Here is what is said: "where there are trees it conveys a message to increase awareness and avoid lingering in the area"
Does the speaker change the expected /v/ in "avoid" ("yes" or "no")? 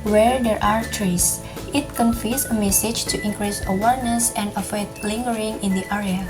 yes